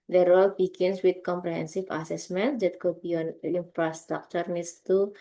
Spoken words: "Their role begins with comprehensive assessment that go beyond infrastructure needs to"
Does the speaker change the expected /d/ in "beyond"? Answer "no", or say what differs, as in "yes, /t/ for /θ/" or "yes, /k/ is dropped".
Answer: yes, /d/ is dropped